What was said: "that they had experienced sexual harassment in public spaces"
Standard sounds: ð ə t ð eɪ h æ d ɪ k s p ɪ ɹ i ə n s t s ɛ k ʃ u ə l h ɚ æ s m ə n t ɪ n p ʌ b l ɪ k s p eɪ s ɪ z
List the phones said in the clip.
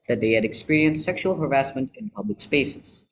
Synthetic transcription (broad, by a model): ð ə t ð eɪ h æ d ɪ k s p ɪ ɹ i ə n s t s ɛ k ʃ u ə l h ɚ æ s m ə n t ɪ n p ʌ b l ɪ k s p eɪ s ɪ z